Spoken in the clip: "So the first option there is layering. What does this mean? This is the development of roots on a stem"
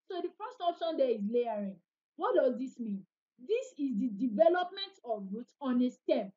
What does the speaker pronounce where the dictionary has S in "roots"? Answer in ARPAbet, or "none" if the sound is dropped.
none